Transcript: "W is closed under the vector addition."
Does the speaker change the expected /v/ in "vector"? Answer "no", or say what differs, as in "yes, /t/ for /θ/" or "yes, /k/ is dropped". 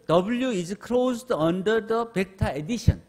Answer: yes, /p/ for /v/